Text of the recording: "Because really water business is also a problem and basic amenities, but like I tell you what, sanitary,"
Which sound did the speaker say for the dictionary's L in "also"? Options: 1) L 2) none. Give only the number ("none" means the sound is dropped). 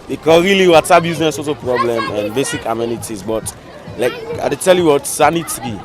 2